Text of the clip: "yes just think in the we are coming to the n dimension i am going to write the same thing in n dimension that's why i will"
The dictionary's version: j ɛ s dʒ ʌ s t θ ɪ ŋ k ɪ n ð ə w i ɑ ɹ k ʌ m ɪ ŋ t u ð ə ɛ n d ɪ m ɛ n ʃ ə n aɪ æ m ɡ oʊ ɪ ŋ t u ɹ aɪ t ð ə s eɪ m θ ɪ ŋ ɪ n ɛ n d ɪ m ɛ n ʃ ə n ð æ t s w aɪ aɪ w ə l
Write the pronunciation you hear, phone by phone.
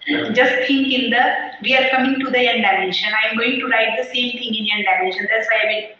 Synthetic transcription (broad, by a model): dʒ ʌ s t t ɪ ŋ k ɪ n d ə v i ɑ ɹ k ʌ m ɪ ŋ t u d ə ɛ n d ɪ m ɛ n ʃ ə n aɪ m ɡ oʊ ɪ ŋ t u ɹ aɪ t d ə s eɪ m t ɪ ŋ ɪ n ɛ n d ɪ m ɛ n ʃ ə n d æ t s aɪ aɪ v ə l